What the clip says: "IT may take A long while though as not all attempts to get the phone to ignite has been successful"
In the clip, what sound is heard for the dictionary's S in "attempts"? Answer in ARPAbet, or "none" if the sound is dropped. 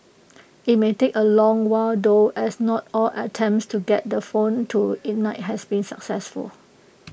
S